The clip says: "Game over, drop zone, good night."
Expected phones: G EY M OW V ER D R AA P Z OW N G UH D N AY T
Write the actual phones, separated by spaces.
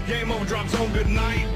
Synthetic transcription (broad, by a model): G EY M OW UH D R AA P S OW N G UH D N AY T